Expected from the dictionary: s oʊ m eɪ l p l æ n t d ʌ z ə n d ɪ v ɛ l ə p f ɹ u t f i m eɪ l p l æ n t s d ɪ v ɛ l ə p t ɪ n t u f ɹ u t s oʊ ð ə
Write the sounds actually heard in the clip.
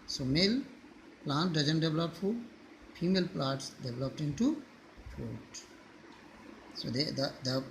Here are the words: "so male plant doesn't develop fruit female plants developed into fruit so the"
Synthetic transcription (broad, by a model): s oʊ m eɪ l p l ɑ n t d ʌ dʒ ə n d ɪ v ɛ l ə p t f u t f i m eɪ l p l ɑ t s d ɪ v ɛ l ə p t ɪ n t u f u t s oʊ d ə